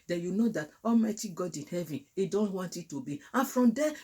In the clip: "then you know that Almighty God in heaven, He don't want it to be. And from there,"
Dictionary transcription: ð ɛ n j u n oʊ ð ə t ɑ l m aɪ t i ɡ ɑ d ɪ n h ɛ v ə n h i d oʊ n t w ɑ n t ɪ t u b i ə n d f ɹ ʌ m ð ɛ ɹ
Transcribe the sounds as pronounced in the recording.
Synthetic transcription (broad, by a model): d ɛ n j u n oʊ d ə t ɑ l m aɪ t i ɡ ɑ d ɪ n h ɛ v ə n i d oʊ n t w ɑ n t ɪ t u b i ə n f ɹ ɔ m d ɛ